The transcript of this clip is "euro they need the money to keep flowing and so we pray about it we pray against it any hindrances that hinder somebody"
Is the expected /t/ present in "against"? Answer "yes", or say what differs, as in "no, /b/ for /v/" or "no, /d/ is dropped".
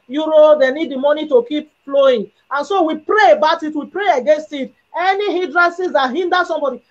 yes